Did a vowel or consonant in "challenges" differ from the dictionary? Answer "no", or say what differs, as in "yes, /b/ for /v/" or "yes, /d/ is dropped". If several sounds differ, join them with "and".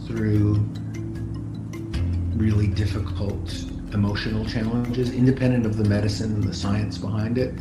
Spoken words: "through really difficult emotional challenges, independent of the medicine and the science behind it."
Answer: no